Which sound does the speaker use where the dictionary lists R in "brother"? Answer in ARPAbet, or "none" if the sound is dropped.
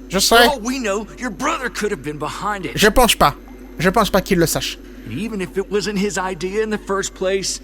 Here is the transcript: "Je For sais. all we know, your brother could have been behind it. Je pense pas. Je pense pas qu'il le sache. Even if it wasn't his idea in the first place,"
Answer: R